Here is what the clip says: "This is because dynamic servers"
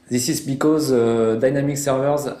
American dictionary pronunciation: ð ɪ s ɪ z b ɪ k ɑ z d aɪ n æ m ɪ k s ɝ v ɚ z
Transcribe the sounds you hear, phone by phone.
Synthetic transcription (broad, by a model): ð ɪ s ɪ z b ɪ k ɑ z d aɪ n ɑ m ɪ k s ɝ v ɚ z